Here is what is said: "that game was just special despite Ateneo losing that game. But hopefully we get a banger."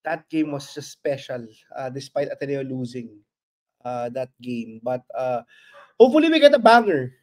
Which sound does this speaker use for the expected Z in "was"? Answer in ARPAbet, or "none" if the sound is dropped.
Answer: S